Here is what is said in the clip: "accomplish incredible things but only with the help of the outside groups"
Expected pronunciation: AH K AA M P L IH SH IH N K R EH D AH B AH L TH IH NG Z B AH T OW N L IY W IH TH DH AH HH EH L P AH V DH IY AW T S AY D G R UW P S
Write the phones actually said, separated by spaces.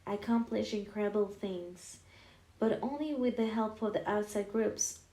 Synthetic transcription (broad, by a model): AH K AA M P L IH SH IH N K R EH D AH B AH L TH IH NG Z B AH T OW N L IY W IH DH AH HH EH L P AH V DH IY AW T S AY D G R UW P S